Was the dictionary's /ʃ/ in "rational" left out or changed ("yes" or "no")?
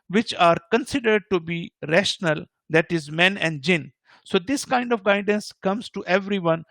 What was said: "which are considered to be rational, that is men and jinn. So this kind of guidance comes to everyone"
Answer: no